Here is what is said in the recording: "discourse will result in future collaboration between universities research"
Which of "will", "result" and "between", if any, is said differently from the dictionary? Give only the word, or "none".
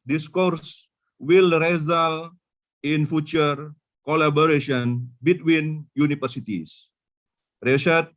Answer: result